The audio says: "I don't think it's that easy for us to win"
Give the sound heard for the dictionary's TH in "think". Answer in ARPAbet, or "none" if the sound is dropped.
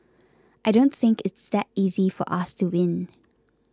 TH